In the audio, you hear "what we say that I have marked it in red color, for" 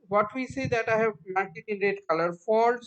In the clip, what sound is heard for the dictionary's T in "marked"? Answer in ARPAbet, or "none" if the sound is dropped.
none